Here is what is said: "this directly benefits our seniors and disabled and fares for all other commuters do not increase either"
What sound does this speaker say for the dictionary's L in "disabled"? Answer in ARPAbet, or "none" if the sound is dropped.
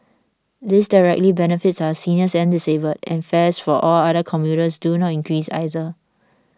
none